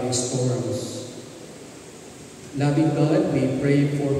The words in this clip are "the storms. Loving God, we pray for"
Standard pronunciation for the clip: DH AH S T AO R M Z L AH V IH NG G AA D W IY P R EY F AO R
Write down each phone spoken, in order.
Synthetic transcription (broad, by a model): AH S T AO R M S L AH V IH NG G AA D W IY P R EY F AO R